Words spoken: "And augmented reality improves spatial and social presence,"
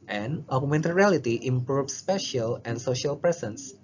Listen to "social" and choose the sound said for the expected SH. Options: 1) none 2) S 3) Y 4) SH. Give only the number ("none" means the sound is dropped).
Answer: 4